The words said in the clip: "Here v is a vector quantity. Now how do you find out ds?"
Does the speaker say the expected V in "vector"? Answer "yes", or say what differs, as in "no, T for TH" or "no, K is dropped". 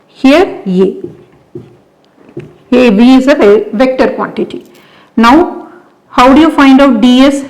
yes